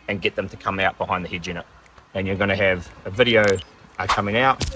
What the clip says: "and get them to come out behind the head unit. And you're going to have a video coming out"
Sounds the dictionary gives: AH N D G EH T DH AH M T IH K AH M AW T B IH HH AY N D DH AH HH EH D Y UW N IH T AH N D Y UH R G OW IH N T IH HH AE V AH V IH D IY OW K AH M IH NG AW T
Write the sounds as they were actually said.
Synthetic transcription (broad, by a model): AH N G EH T DH AH M T IH K AH M AW T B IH HH AY N DH AH HH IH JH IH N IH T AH N Y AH R G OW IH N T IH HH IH V AH V IH D IY OW K AH M IH NG AW T